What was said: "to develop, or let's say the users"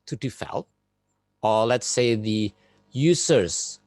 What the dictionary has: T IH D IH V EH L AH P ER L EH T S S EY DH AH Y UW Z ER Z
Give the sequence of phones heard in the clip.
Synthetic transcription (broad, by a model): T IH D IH F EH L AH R L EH T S S EY DH AH Y UW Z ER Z